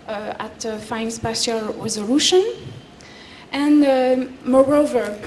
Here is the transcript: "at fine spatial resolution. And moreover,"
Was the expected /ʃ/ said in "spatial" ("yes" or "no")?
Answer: no